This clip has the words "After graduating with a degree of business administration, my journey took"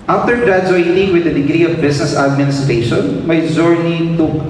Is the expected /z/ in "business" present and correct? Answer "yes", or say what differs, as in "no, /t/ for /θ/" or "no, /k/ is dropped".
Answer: no, /s/ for /z/